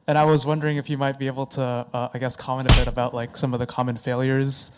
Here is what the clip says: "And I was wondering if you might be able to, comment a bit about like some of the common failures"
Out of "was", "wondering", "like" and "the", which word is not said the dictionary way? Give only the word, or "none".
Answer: none